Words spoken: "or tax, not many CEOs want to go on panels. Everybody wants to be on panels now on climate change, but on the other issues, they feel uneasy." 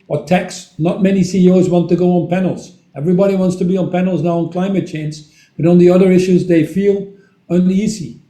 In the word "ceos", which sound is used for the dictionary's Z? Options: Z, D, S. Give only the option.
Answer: Z